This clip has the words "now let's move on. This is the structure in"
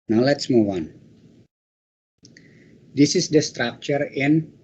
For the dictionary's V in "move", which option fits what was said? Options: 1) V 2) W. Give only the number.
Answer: 2